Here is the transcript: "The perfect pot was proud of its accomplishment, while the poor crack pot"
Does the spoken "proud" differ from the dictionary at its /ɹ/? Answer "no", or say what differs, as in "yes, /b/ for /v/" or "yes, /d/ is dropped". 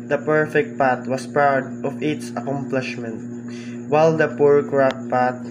yes, /ɹ/ is dropped